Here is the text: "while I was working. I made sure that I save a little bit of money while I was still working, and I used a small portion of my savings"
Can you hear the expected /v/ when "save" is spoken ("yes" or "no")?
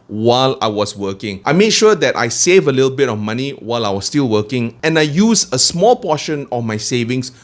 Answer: yes